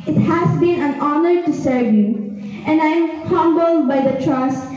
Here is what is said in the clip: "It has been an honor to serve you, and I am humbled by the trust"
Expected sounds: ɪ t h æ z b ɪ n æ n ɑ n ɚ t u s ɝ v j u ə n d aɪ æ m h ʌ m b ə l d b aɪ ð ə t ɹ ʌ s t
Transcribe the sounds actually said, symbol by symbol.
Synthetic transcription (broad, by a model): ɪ t h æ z b ɪ n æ n ɑ n ɚ t u s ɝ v j u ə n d aɪ m h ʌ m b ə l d b aɪ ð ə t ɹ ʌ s